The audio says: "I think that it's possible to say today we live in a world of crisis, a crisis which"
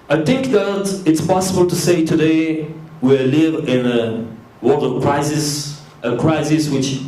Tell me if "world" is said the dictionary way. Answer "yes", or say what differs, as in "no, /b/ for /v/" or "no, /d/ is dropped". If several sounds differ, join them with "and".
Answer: no, /l/ is dropped